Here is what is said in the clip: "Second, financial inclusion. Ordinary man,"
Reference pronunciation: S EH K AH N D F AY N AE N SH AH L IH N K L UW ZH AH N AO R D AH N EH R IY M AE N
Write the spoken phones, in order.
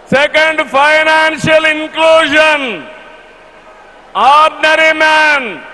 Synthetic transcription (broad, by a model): S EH K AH N D P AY N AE N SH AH L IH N K L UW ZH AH N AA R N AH R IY M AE N